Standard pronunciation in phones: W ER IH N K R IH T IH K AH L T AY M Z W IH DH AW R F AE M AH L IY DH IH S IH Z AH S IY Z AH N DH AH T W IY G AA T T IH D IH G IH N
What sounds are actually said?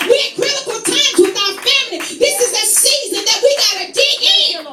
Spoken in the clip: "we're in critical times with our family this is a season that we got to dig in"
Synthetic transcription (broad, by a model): W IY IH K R IH T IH K L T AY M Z W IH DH AW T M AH N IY DH IH S IH Z AH S IY Z AH N DH AH T W IY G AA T T IH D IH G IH